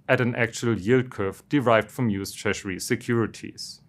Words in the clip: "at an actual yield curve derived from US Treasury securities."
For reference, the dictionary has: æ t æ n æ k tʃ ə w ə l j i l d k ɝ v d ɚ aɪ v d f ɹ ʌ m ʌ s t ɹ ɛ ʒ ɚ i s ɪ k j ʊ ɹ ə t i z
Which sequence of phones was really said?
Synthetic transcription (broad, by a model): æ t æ n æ k tʃ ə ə l j i l d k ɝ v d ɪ aɪ v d f ɹ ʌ m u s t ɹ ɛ ʃ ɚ i s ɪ k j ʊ ɹ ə t i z